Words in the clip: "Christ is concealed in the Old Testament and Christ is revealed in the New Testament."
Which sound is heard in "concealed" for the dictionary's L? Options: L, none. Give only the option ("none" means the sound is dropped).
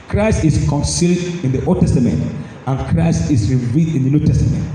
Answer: L